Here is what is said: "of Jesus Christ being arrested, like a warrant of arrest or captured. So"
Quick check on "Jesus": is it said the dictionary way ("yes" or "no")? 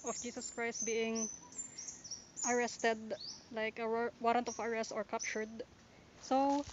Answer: no